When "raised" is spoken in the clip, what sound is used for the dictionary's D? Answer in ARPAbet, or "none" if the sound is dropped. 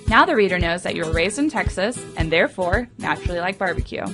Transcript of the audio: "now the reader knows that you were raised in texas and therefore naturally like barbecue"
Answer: D